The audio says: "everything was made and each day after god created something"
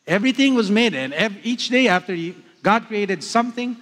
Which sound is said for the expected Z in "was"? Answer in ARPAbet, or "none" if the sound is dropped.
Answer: Z